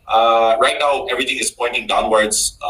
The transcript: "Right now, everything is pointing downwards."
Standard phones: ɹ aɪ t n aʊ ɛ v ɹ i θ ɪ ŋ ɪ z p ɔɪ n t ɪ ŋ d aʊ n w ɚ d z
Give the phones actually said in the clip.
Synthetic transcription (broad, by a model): ɹ aɪ t n aʊ ɛ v ɹ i t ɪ ŋ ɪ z p ɔɪ n t ɪ ŋ d aʊ n w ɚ d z